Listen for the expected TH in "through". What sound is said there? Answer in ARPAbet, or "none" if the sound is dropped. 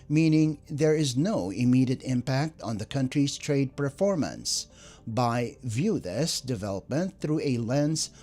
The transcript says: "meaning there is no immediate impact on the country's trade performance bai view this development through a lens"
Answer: TH